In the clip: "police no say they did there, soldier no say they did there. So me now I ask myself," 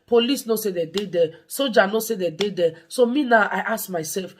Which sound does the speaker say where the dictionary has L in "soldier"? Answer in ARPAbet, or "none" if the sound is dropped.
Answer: none